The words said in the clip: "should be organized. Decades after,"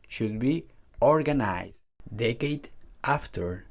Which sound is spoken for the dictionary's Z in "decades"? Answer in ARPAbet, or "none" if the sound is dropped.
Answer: none